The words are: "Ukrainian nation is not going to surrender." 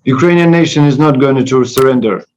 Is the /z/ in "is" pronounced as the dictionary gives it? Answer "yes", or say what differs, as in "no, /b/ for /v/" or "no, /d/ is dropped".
yes